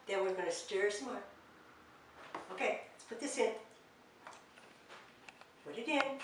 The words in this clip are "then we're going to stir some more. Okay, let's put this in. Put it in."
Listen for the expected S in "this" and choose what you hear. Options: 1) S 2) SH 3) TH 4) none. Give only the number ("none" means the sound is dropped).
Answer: 1